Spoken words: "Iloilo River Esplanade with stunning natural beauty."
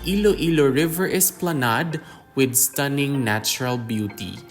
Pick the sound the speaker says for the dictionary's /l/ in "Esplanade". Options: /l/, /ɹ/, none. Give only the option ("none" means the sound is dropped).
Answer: /l/